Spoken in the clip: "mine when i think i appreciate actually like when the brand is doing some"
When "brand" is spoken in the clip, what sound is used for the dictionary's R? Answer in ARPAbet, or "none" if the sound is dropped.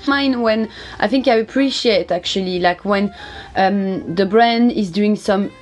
R